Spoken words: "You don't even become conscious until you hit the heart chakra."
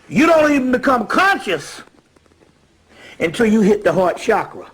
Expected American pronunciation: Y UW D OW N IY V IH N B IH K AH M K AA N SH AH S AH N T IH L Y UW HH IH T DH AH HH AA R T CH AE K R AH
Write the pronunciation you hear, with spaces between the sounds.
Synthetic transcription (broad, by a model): Y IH D OW N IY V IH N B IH K AH M K AA N SH AH S AH N T IH L Y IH HH IH T DH AH HH AA R T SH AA K R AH